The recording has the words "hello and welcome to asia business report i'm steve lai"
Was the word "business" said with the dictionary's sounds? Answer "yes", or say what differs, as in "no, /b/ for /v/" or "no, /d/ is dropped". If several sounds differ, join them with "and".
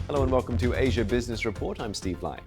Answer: yes